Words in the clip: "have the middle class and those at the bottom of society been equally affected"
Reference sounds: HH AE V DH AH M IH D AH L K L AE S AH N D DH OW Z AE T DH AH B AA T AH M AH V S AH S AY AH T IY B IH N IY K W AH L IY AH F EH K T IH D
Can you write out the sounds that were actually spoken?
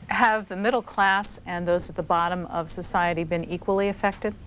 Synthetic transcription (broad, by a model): HH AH V DH AH M IH D L K L AE S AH N DH OW Z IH T DH AH B AA T AH M AH V S AH S AY AH T IY B IH N IY K W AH L IY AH F EH K T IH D